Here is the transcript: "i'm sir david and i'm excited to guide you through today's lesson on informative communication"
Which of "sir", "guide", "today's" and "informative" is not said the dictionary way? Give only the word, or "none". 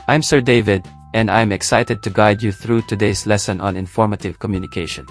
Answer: today's